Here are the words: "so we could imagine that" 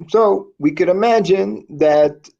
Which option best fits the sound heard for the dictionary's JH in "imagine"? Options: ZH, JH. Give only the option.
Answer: JH